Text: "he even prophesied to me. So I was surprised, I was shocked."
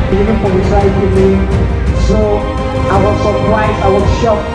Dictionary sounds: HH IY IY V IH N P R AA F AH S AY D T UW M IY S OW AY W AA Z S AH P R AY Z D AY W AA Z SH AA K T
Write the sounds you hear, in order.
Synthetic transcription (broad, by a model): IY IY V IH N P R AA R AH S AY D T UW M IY S OW AY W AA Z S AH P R AY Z AY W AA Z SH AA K